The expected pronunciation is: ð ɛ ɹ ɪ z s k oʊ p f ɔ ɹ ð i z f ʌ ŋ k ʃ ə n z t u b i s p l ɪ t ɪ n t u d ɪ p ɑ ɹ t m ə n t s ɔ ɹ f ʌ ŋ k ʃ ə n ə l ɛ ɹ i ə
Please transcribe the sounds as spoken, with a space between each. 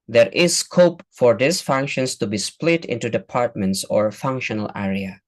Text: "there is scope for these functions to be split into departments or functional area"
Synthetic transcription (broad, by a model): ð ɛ ɹ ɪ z s k oʊ p f ɔ ɹ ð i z f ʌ ŋ k ʃ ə n s t u b i s p l ɪ t ɪ n t u d ɪ p ɑ ɹ t m ə n t s ɔ ɹ f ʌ ŋ k ʃ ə n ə l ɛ ɹ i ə